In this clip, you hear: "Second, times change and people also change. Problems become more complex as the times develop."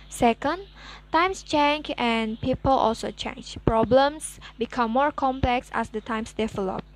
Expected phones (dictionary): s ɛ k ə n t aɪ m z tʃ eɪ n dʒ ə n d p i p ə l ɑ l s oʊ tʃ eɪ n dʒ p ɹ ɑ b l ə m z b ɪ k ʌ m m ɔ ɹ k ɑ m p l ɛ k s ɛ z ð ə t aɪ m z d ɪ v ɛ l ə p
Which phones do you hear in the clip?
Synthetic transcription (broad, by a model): s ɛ k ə n t aɪ m s tʃ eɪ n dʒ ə n p i p ə l ɑ l s oʊ tʃ eɪ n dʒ p ɹ ɑ b l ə m s b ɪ k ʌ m m ɔ ɹ k ɑ m p l ɛ k s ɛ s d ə t aɪ m s d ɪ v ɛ l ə p